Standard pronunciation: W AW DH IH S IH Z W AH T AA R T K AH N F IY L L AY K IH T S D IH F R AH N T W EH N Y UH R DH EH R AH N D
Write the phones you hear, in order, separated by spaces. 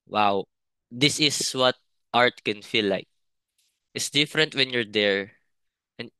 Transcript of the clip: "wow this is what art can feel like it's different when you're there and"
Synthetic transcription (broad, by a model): W AW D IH S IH S W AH T AA R T K AH N F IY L L AY K IH T S D IH F R AH N T W EH N Y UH R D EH R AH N